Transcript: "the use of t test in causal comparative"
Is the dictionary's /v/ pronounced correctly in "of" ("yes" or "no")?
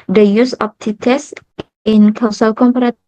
no